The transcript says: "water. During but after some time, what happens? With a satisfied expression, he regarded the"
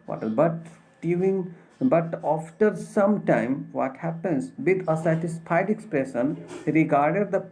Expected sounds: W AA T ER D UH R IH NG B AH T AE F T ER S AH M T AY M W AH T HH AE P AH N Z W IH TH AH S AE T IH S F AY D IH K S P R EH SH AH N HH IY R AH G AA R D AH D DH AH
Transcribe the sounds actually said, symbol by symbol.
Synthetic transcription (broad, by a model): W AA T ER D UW IH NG B AH T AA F T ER S AH M T AY M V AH T HH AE P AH N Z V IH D AH S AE T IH S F AY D IH K S P R EH SH AH N R AH G AA R D AH D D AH